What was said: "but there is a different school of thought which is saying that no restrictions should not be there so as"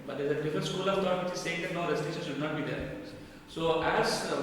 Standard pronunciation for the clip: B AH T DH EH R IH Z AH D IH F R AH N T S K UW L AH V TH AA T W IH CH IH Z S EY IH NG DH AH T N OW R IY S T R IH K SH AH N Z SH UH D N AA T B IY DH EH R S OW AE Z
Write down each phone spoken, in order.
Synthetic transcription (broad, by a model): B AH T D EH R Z AH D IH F R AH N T S K UW L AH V T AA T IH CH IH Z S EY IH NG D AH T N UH R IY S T EH SH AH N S SH UH D N AA T B IY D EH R S OW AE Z